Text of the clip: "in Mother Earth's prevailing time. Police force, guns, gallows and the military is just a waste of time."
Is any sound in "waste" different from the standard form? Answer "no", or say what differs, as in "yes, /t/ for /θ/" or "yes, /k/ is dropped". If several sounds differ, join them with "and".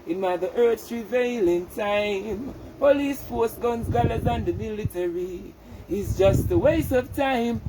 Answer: yes, /t/ is dropped